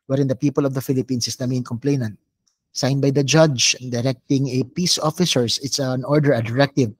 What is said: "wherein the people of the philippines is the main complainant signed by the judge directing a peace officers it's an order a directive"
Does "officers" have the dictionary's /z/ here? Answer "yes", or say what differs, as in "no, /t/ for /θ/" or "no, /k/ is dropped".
no, /s/ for /z/